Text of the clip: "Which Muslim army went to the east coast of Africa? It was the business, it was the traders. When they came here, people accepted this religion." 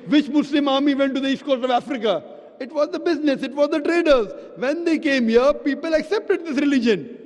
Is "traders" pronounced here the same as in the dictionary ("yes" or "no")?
yes